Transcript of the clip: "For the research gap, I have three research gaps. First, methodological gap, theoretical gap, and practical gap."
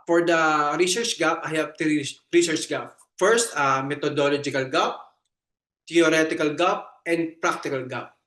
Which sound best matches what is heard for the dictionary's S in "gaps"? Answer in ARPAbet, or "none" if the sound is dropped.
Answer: none